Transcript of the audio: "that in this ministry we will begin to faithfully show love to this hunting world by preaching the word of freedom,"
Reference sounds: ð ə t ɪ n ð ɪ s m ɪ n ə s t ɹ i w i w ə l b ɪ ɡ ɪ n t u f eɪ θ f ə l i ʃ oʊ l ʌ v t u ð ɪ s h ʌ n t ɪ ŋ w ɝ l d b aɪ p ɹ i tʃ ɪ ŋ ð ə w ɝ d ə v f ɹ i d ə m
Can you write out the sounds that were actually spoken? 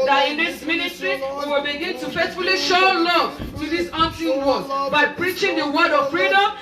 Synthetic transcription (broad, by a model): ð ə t ɪ n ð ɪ s m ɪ n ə s t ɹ i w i w ə l b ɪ ɡ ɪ n t u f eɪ t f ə l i ʃ oʊ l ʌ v t u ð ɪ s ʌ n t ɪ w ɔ d b aɪ p ɹ i tʃ ɪ ŋ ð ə w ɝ d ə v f ɹ i d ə m